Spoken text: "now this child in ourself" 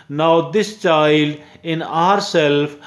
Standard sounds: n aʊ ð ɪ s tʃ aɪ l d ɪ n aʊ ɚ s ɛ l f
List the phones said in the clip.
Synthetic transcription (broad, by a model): n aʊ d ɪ s tʃ aɪ l d ɪ n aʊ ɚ s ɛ l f